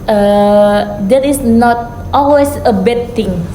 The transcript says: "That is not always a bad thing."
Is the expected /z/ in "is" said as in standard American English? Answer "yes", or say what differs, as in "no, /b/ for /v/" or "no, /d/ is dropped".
no, /s/ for /z/